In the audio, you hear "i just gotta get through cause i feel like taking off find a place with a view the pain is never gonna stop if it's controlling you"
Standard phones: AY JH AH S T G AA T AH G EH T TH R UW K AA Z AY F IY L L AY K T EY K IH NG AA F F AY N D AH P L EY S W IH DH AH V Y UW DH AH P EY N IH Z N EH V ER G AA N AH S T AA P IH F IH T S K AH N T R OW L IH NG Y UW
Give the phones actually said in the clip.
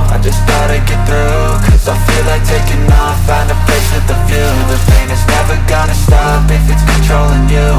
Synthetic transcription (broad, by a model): AY JH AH S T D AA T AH G EH T TH R UW K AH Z AY F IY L L AY K T EY K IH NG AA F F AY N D AH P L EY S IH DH AH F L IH DH AH F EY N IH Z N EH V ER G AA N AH S T AA P IH F IH T S K N T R OW L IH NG Y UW